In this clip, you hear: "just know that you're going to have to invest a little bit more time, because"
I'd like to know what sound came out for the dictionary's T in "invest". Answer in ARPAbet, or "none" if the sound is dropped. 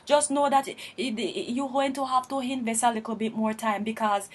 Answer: none